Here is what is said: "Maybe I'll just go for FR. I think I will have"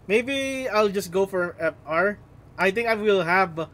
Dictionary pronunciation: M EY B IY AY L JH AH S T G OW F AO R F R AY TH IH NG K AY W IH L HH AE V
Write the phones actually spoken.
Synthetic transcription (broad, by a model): M EY B IY AY L JH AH S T G OW F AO R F R AY T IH NG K AY W IH L HH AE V